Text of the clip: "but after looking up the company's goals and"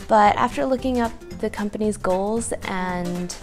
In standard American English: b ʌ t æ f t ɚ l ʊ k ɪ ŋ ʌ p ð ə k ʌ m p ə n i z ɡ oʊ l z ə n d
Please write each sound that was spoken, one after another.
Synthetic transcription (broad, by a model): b ʌ t æ f t ɚ l ʊ k ɪ ŋ ʌ p ð ə k ʌ m p ə n i z ɡ oʊ l z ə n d